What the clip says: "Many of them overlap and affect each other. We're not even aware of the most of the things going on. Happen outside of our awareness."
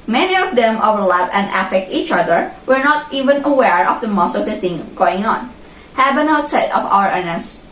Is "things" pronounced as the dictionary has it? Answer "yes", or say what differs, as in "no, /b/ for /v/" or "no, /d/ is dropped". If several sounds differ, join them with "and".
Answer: no, /z/ is dropped